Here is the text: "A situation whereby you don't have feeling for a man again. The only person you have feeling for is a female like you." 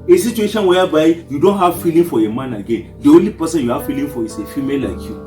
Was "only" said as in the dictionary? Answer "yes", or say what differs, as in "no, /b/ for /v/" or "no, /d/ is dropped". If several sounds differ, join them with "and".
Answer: no, /n/ is dropped